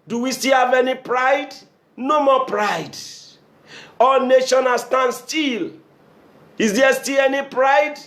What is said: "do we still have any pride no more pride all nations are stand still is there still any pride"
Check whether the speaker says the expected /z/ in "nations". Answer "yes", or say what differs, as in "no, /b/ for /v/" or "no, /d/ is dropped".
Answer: no, /z/ is dropped